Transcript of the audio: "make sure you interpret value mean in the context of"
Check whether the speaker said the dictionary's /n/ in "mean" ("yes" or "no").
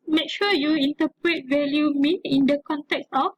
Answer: no